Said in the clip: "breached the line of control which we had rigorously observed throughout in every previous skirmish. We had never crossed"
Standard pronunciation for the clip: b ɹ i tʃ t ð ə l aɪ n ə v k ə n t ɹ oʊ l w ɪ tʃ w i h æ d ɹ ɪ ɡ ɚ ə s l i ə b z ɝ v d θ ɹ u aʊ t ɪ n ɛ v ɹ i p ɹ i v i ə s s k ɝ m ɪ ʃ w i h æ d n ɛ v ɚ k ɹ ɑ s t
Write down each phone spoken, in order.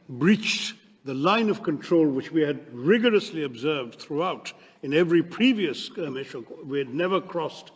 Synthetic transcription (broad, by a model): b ɹ i tʃ ð ə l aɪ n ə v k ə n t ɹ oʊ l w ɪ tʃ w i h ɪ d ɹ ɪ ɡ ɚ ə s l i ə b z ɝ v d θ ɹ u aʊ t ɪ n ɛ v ɹ i p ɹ i v i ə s s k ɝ m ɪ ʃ w i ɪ d n ɛ v ɚ k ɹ ɑ s t